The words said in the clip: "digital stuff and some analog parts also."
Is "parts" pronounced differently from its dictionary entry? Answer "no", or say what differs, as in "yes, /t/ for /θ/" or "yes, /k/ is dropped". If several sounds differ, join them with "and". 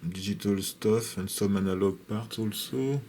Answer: yes, /s/ is dropped